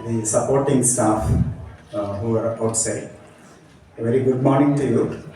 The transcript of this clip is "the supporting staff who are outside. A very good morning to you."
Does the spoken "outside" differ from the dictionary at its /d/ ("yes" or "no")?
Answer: yes